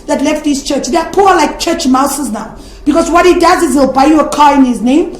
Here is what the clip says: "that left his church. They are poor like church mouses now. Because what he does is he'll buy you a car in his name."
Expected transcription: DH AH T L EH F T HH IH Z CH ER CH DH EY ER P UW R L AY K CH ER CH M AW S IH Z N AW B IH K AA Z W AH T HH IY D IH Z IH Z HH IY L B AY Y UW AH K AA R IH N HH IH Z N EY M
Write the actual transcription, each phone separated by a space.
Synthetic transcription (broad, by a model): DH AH T L EH F T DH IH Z CH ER CH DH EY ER P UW L AY K CH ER CH M AW S IH Z N AW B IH K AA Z W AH T HH IY D IH Z IH Z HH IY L B AY Y UW AH K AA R IH N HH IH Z N EY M